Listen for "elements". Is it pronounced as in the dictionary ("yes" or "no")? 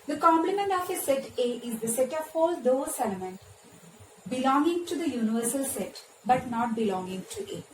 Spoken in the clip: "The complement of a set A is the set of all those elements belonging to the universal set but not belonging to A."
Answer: no